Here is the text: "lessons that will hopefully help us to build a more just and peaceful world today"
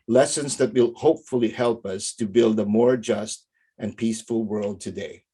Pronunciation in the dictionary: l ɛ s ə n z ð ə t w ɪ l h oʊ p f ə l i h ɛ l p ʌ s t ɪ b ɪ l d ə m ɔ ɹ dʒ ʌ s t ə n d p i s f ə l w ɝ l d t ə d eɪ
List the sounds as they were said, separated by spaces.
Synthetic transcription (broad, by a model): l ɛ s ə n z ð ə t w ɪ l h oʊ p f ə l i h ɛ l p ʌ s t ɪ b ɪ l d ə m ɔ ɹ dʒ ʌ s t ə n p i s f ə l w ɝ l d t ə d eɪ